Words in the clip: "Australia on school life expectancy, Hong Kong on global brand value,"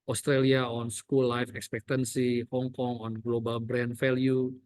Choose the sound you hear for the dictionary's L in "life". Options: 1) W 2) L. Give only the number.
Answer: 2